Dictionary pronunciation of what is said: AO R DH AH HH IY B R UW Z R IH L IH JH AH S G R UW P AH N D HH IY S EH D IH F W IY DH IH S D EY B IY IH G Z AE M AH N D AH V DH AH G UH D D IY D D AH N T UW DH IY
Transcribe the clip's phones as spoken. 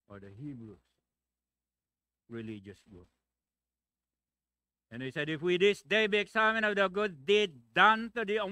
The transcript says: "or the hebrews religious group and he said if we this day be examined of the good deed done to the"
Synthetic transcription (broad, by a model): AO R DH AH HH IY B R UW S R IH L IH JH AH S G UW AH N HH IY S EH D IH F W IY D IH S D EY B IY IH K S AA M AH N AH V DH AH G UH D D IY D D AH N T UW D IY